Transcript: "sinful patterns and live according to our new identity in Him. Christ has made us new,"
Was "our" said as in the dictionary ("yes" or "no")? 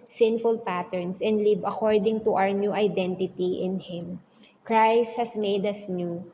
yes